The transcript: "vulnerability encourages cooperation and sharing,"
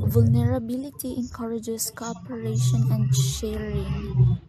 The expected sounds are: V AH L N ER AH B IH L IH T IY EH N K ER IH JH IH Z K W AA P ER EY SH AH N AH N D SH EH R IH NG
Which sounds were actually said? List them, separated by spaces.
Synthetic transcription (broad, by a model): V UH L N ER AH B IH L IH T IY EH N K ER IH JH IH S K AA P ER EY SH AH N AH N D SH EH R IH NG